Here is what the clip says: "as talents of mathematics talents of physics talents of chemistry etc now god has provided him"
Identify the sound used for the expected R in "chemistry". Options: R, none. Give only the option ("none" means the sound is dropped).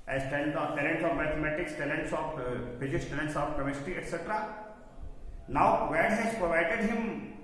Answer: none